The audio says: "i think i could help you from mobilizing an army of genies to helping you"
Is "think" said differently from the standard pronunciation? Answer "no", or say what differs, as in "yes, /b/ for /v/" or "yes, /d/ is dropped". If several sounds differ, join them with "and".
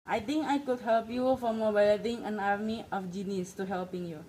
yes, /t/ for /θ/